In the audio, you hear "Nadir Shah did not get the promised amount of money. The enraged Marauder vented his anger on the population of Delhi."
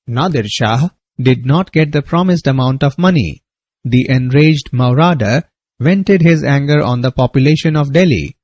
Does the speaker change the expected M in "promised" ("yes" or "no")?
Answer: no